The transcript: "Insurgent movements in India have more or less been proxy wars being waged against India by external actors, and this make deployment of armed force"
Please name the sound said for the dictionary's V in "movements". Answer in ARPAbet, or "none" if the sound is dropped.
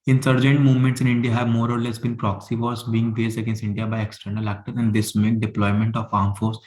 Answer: V